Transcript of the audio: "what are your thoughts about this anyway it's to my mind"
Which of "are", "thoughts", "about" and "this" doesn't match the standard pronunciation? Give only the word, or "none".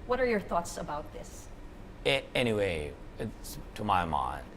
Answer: none